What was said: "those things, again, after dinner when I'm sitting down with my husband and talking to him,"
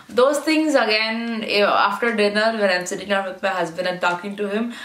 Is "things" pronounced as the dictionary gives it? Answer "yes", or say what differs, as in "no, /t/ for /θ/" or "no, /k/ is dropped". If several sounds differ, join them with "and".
no, /t/ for /θ/